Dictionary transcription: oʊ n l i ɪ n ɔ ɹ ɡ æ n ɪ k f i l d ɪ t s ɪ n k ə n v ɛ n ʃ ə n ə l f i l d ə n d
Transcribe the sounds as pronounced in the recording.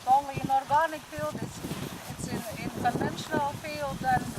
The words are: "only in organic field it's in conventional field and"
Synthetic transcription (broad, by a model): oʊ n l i n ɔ ɹ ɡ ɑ n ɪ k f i l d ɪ s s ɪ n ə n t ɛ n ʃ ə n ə l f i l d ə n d